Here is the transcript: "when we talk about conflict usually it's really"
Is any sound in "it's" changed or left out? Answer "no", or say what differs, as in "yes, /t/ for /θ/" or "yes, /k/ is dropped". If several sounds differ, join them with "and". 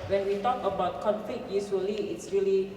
no